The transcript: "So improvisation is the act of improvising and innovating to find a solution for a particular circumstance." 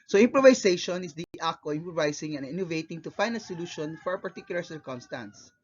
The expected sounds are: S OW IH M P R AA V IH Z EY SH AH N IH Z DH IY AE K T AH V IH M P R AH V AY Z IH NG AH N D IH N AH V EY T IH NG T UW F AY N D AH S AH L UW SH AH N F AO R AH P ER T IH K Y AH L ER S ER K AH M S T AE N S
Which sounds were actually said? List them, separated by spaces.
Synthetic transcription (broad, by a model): S OW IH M P R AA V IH S EY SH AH N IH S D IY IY T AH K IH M P R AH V AY S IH NG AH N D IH N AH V EY T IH NG T UW F AY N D AH S AH L UW SH AH N F AO R AH P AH T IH K Y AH L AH S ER K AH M S T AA N S